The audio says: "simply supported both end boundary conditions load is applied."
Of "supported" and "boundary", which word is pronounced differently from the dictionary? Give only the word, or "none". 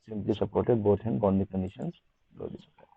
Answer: boundary